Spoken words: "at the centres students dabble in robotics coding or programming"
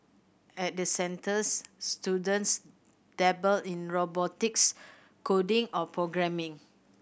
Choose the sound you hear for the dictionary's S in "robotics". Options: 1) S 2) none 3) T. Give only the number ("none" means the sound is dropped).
1